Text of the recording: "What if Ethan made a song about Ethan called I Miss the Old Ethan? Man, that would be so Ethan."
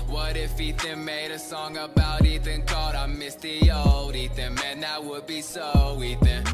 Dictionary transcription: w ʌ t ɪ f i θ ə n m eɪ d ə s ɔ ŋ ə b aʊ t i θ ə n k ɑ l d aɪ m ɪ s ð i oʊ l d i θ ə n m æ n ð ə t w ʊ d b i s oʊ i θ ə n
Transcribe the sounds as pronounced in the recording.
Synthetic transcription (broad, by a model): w ʌ t ɪ f i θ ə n m eɪ d ə s ɔ ŋ ə b aʊ t i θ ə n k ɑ d aɪ m ɪ s ð i oʊ l d i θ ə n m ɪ n ð ə t w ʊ d b i s oʊ i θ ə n